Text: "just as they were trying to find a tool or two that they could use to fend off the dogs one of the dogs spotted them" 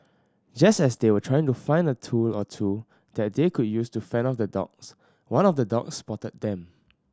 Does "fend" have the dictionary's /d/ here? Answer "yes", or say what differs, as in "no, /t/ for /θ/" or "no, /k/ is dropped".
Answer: no, /d/ is dropped